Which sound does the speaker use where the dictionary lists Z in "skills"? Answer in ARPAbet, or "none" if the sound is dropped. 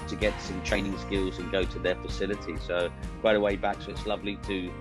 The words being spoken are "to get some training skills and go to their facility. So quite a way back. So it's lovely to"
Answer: Z